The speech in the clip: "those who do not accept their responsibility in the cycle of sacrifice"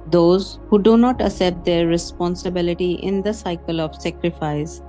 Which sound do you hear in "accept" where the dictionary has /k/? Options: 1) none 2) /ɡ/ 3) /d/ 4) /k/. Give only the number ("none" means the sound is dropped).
1